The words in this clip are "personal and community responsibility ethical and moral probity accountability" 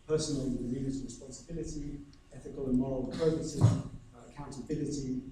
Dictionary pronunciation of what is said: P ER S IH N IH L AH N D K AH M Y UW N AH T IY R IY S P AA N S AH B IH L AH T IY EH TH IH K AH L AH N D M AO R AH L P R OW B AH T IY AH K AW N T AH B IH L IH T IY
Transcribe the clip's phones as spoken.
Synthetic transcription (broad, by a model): P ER S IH N L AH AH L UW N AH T R IY S P AA N S AH B IH L AH T IY EH TH IH K AH L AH N M AO R AH L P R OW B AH S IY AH K AW N T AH B IH L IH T IY